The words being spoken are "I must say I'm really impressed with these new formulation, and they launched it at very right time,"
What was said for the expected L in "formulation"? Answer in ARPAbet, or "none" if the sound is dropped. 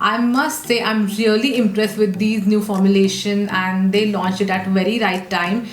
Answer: L